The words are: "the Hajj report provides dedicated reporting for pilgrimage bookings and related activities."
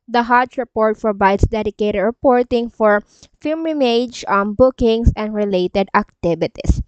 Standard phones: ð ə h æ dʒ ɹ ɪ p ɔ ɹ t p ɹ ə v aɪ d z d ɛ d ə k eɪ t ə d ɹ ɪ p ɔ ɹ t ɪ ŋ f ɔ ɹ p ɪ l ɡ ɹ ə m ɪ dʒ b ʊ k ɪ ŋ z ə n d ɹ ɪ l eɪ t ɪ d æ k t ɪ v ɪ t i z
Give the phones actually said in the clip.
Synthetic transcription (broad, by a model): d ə h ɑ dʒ ɹ ɪ p ɔ ɹ t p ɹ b aɪ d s d ɛ d ə k eɪ t ə d ɹ ɪ p ɔ ɹ t ɪ ŋ f ɔ ɹ f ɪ l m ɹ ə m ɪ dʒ b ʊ k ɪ ŋ s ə n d ɹ ɪ l eɪ t ɪ d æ k t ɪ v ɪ t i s